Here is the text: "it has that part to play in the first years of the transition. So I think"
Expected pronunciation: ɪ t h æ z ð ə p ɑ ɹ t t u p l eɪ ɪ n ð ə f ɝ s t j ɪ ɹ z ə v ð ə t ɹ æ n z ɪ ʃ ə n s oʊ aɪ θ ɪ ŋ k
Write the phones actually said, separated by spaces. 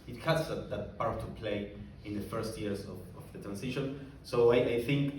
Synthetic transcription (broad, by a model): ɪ t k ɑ s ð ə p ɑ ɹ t t u p l eɪ ɪ n ð ə f ɝ s t j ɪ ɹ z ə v ð ə t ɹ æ n s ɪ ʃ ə n s oʊ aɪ θ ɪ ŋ k